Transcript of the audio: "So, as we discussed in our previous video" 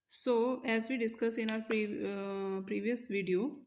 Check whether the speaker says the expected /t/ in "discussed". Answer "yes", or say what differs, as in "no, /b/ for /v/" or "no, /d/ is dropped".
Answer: no, /t/ is dropped